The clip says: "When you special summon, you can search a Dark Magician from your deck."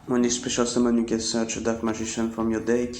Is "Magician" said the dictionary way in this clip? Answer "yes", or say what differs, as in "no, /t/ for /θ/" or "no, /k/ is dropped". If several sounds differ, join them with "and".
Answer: no, /ʒ/ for /dʒ/